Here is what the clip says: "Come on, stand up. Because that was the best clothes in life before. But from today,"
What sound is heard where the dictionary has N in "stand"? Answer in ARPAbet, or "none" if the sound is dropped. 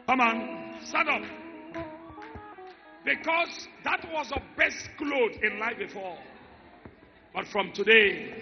none